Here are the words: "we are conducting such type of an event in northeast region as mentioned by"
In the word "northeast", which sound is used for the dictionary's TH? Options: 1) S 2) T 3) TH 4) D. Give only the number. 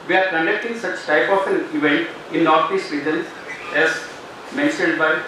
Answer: 2